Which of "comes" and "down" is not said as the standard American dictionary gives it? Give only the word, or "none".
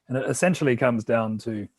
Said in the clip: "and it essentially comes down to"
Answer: none